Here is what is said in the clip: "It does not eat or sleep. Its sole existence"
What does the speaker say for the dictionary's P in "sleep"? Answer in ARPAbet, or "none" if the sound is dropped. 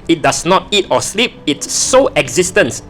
P